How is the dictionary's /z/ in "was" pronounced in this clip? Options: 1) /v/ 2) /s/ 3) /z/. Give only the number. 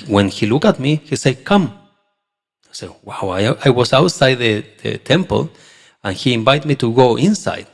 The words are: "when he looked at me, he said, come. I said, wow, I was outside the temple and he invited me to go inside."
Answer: 2